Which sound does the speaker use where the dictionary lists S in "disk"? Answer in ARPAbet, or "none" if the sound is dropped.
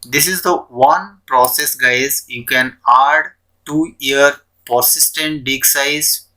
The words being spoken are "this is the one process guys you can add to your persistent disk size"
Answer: none